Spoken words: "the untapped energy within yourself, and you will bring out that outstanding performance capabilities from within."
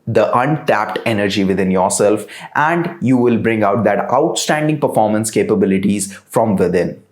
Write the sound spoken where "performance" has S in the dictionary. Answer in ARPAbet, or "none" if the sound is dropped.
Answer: S